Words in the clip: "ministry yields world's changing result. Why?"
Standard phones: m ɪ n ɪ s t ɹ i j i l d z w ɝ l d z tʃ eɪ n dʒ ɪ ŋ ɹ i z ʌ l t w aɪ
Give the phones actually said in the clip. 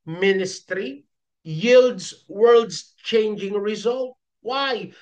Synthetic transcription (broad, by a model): m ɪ n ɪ s t ɹ i j i l d z w ɝ l d z tʃ eɪ n dʒ ɪ ŋ ɹ i z ʌ l t w aɪ